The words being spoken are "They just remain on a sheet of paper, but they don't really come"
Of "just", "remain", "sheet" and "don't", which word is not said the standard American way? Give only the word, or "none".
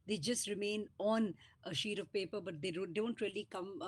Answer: none